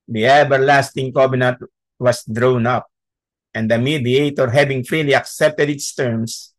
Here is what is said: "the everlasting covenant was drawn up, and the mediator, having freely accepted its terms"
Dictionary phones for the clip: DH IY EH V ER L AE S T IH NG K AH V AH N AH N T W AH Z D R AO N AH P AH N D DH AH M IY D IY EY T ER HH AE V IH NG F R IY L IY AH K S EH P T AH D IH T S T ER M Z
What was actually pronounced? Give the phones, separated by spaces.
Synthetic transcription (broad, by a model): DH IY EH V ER L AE S T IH NG K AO B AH N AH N T W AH S D R AO N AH P AH N D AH M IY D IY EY T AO HH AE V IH NG F R IY L IY AH K S EH P T AH D IH T S T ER M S